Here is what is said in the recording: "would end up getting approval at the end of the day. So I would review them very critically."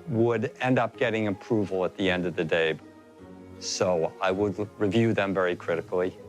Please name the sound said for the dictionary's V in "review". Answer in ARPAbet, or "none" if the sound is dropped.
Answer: V